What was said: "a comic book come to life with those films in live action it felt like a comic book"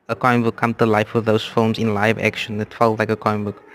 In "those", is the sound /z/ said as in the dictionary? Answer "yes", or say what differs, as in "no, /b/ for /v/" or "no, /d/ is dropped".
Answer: no, /s/ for /z/